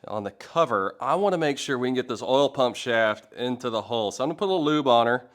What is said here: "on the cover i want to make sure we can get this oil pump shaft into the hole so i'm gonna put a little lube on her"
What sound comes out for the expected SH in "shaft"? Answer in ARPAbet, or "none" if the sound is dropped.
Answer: SH